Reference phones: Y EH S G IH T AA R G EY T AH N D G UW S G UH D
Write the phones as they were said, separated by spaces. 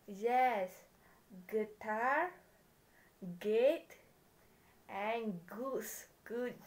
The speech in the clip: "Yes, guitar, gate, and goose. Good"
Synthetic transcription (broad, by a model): Y EH S G IH T AA R G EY T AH N G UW S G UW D